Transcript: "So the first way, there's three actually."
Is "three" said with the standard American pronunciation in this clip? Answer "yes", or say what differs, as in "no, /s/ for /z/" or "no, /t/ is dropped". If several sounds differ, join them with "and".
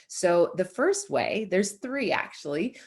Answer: yes